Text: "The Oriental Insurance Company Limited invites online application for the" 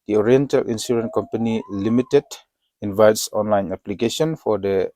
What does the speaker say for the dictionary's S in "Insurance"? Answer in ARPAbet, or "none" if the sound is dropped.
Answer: none